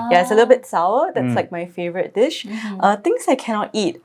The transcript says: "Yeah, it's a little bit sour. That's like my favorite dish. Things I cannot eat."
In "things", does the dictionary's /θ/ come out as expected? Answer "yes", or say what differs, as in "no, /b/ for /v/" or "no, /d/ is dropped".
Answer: no, /t/ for /θ/